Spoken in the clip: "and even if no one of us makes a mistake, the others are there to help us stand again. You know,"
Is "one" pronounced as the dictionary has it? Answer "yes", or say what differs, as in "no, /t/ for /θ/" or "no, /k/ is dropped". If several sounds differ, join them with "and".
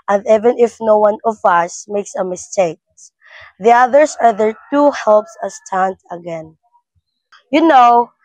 yes